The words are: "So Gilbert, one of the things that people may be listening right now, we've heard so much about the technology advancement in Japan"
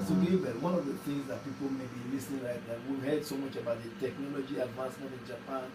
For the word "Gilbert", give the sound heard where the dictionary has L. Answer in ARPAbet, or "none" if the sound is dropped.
none